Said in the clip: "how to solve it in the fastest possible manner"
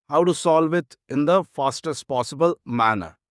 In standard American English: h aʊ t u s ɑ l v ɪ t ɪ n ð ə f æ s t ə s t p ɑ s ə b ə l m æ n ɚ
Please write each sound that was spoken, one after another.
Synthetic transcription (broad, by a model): h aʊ t u s ɑ l v ɪ t ɪ n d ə f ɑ s t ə s t p ɑ s ə b ə l m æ n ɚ